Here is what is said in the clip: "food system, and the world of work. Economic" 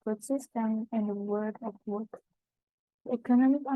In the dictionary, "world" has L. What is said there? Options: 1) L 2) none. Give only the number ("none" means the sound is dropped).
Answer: 2